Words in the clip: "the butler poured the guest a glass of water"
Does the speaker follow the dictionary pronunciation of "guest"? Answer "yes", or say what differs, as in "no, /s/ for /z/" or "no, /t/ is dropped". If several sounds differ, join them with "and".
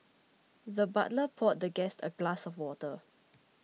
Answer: yes